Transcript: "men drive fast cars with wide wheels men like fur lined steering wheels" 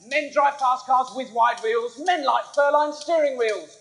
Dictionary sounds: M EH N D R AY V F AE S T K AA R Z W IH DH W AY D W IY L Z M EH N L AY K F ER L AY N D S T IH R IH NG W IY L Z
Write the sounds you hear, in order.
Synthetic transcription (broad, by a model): M EH N D R AY V P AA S K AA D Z W IH DH W AY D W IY L Z M EH N L AY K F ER L AY N S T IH R IH NG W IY L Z